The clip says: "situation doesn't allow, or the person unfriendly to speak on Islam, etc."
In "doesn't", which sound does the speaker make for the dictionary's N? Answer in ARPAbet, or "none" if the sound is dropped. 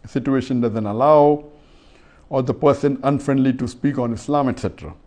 N